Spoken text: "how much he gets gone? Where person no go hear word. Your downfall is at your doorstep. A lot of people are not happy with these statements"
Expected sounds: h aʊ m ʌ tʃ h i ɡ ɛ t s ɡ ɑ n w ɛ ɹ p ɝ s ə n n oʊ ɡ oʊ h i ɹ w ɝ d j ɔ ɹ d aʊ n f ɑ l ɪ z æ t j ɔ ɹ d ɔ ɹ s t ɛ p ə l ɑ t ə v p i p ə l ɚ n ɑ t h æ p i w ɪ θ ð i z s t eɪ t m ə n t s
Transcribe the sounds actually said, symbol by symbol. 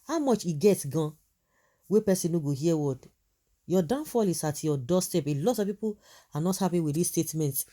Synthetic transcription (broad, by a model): h aʊ m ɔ tʃ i ɡ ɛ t ɡ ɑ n w ɛ p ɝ s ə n n oʊ ɡ oʊ h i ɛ w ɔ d j ɔ d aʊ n f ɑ l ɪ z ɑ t j ɔ d ɔ s t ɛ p ə l ɑ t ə f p i p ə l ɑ n ɑ t h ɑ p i w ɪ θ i s t eɪ t m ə n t